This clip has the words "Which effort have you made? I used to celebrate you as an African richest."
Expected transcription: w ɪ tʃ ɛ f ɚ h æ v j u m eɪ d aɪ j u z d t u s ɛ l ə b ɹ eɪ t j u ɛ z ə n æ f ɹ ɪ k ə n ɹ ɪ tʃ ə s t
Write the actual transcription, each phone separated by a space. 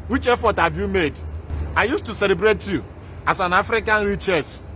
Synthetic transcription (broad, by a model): w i tʃ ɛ f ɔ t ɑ b j u m eɪ d aɪ j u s t u s ɛ l ə b ɹ eɪ t j u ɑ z ə n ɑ f ɹ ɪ k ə n ɹ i tʃ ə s